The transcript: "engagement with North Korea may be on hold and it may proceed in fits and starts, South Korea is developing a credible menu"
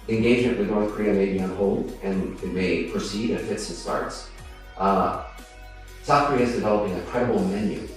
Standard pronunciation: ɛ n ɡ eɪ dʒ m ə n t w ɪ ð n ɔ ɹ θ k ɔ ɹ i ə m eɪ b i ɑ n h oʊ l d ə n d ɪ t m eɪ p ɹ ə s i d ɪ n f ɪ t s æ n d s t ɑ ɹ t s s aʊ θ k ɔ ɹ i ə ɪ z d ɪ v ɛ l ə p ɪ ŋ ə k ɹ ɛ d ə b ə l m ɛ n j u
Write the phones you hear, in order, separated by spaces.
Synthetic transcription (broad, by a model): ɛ n ɡ eɪ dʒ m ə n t w ɪ ð n ɔ ɹ θ k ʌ ɹ i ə m eɪ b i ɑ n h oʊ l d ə n ɪ t m eɪ p ɹ ə s i d ɪ n f ɪ t s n s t ɑ ɹ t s s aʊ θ k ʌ ɹ i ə ɪ z d ɪ v ɛ l ə p ɪ ŋ ə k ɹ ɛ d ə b l m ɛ n j u